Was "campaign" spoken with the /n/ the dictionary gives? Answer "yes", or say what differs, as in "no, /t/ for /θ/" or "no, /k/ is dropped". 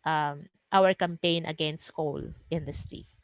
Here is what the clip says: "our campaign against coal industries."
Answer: yes